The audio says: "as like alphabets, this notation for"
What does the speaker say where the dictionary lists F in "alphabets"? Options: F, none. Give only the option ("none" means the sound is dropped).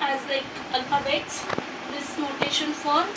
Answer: none